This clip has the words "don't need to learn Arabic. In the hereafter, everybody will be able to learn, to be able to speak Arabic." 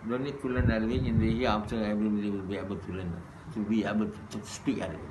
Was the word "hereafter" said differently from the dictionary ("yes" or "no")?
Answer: yes